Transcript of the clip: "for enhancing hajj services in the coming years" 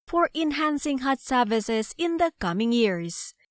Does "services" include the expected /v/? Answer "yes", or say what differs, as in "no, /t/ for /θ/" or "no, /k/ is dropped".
yes